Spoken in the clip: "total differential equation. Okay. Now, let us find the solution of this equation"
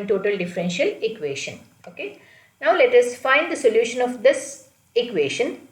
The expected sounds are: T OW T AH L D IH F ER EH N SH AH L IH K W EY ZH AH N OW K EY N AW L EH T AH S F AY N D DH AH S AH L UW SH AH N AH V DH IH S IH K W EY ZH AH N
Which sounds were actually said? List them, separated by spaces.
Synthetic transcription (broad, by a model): T OW T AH L D IH F ER EH N SH AH L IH K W EY SH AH N OW K EY N AW L EH T AH S F AY N D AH S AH L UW SH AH N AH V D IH S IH K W EY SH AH N